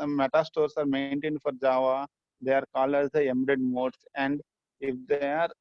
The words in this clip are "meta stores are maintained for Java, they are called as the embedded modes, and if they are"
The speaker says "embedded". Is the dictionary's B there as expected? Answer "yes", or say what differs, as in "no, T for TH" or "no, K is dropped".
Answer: no, B is dropped